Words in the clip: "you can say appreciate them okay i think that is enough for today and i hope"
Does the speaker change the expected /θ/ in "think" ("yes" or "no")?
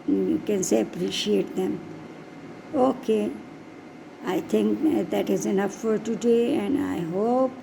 yes